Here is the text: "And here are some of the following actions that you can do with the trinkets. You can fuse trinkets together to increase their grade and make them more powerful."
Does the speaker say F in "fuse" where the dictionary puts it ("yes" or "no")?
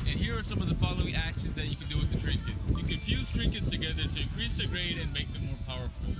yes